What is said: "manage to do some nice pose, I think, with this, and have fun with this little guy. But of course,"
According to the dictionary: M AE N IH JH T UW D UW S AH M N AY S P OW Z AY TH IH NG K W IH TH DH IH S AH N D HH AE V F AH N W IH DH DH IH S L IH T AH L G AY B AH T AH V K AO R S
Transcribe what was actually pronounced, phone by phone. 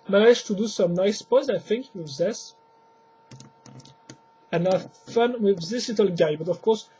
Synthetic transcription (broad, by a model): M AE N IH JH T UW D UW S AH M N AY S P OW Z AY TH IH NG K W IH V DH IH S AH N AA F AH N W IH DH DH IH S L IH T AH L G AY B AH T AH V K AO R S